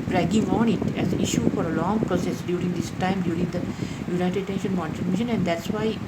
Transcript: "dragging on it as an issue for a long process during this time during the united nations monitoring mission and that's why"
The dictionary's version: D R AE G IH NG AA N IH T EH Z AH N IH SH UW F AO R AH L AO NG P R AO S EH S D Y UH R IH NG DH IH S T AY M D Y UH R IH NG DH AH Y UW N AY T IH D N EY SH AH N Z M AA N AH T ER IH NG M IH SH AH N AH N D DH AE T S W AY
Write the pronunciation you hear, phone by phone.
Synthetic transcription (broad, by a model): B R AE G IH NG AA N IH T EH Z AH N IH SH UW F AO R AH L AO NG P R AO S EH S D Y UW R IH NG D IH S T AY M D Y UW R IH NG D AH Y UW N AY T IH D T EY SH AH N M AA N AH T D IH M IH SH AH N AH N D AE T S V AY